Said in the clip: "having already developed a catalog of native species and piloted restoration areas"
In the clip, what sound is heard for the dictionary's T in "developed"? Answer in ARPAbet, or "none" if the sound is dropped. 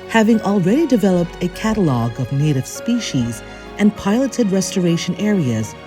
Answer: T